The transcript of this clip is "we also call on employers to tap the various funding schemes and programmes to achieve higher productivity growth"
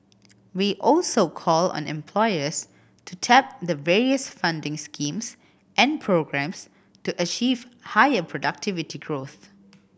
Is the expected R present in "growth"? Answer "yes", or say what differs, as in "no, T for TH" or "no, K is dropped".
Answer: yes